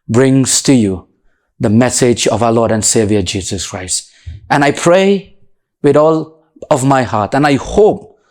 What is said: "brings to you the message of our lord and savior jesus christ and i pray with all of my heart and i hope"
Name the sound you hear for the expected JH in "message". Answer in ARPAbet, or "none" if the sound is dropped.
JH